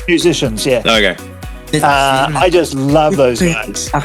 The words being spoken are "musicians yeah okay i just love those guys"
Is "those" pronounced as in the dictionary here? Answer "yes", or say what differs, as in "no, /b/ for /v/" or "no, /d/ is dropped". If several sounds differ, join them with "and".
yes